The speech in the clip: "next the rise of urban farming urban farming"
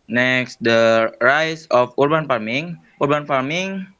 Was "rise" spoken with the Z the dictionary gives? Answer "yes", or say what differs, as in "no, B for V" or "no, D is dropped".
no, S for Z